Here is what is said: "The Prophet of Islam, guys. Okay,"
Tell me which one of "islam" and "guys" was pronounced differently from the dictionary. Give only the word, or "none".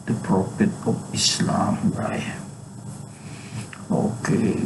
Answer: guys